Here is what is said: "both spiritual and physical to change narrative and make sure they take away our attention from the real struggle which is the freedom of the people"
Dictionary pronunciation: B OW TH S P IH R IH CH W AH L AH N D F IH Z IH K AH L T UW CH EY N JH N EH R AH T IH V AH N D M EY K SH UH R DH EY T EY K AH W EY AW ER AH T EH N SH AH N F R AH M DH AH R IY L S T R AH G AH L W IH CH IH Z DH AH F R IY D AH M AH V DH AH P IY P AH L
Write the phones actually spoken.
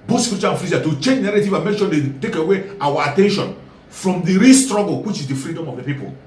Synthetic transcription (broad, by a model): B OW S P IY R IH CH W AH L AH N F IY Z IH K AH T UW CH EY N JH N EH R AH T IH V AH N M EY K SH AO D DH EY T EY K AH W EY AW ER AH T EH N SH AH N F R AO M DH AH R IY L S T R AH G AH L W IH CH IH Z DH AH F R IY D AH M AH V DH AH P IY P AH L